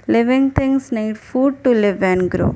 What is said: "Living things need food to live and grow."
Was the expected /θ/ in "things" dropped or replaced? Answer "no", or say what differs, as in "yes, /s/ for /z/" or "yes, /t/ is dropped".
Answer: yes, /t/ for /θ/